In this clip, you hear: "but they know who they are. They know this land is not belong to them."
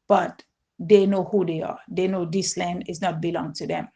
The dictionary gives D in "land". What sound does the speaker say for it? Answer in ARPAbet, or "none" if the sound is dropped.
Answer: D